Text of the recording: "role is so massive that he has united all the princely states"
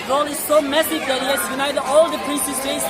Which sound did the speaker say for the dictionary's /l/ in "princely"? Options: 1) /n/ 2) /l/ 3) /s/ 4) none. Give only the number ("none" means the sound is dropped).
4